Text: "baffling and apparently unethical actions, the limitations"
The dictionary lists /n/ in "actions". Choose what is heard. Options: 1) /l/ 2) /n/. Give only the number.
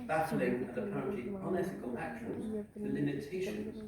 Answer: 1